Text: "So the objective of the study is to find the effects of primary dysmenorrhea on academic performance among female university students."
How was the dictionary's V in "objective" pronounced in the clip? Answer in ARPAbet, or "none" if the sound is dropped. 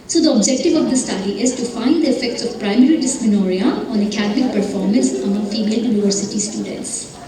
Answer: V